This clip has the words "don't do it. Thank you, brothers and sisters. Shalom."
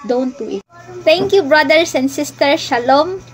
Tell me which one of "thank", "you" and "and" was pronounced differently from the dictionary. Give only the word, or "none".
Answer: thank